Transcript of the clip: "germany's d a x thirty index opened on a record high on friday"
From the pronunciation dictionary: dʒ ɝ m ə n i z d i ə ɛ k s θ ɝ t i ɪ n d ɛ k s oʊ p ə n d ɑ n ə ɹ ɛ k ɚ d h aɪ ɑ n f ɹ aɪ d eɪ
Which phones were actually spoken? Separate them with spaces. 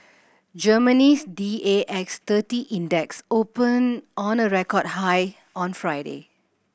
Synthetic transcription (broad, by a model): dʒ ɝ m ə n i s d i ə ɛ k s t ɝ t i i n d ɛ k s oʊ p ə n ɑ n ə ɹ ɛ k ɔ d h aɪ ɑ n f ɹ aɪ d eɪ